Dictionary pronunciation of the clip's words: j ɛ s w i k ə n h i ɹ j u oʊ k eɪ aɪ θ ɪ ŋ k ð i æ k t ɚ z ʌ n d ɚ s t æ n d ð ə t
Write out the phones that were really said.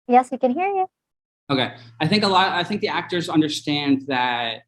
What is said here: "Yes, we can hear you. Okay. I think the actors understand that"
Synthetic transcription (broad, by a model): j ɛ s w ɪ k ə n h i ɹ j u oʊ k eɪ aɪ θ ɪ ŋ k ð i æ k t ɚ z ʌ n d ɚ s t æ n d ð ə t